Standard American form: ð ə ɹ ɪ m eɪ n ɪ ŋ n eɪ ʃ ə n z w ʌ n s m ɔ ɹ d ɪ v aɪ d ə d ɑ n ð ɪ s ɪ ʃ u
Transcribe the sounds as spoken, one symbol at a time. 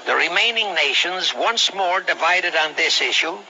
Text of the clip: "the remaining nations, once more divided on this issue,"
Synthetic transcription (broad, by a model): ð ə ɹ ɪ m eɪ n ɪ ŋ n eɪ ʃ ə n z w ʌ n s m ɔ ɹ d ɪ v aɪ d ə d n ð ɪ s ɪ ʃ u